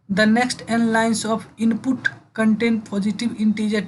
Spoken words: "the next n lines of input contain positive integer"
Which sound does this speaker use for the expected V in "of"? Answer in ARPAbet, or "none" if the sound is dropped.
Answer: P